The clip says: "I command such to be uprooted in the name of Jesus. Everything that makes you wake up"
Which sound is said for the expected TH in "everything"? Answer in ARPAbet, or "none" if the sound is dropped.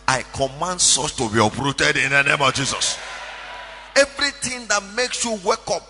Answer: T